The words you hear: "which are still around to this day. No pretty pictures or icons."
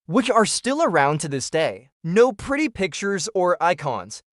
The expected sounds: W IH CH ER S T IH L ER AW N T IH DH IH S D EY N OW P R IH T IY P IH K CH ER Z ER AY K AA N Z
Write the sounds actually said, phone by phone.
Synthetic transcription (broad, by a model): W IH CH ER S T IH L ER AW N T IH DH IH S D EY N OW P R IH T IY P IH K CH ER Z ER AY K AA N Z